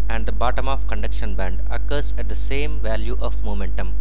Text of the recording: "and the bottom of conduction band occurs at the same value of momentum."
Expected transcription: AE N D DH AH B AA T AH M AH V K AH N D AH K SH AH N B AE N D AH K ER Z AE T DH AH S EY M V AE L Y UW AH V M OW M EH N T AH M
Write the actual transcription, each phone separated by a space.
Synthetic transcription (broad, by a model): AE N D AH B AA T AH M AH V K AH N D AH K SH AH N B AE N D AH K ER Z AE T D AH S EY M V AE L Y UW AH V M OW M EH N T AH M